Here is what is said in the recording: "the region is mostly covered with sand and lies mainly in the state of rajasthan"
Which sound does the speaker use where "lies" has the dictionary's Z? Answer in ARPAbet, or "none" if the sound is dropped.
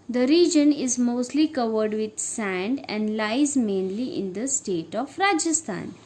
Z